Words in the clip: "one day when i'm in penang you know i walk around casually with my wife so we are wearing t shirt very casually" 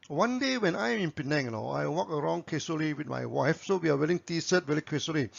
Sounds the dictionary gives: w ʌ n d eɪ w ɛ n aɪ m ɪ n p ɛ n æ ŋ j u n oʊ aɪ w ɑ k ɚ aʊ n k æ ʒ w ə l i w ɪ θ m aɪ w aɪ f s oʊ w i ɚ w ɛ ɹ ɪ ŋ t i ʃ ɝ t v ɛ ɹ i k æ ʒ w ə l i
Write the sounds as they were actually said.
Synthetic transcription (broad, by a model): w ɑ n d eɪ w ɛ n aɪ m ɪ n p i n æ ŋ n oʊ aɪ w ɑ k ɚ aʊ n k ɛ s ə l i w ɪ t m aɪ w aɪ f s oʊ w i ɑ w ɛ l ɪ ŋ t i s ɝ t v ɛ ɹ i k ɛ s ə l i